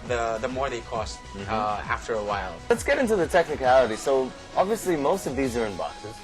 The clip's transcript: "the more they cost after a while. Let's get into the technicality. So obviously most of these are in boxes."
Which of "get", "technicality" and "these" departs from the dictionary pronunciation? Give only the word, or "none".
none